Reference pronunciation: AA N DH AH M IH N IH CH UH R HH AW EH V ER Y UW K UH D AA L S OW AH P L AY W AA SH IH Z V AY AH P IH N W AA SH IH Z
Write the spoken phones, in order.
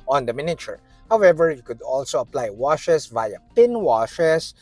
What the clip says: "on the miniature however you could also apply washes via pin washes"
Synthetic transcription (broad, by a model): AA N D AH M IH N IH CH UH R HH AW EH V ER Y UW K UH D AA L S OW AH P L AY W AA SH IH S V AY AH P IH N W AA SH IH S